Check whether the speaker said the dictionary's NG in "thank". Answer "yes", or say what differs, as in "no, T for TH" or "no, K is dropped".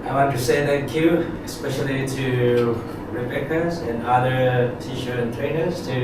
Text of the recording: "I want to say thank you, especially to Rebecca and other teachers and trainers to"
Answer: no, NG is dropped